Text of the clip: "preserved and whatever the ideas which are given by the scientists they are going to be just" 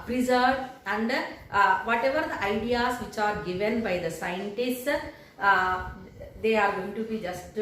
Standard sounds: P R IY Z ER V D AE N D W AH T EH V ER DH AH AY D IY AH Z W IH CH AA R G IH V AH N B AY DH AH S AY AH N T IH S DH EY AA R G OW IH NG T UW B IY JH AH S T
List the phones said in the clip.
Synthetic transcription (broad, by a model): P R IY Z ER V AE N D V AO T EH V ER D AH AY D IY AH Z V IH CH AA R G IH V AH N B AY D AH S AY AH N T IH S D EY AA R G OW IH NG T UW B IY JH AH S T